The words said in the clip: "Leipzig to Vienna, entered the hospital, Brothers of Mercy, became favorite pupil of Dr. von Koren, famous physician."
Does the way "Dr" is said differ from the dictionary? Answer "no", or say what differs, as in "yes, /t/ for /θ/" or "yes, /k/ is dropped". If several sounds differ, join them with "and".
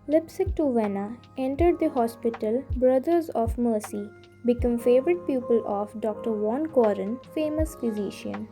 no